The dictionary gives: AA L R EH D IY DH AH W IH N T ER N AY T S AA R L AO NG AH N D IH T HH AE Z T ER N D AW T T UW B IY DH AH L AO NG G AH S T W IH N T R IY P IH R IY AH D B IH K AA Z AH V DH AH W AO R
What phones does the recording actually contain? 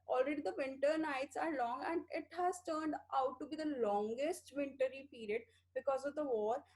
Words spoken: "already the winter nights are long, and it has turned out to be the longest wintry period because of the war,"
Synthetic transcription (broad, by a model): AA L R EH D IY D AH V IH N T ER N AY T S AA R L AO NG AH N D IH T HH AE Z T ER N D AW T T UW B IY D AH L AO NG G AH S T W IH N T R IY P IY R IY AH D B IH K AA Z AH V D AH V AO R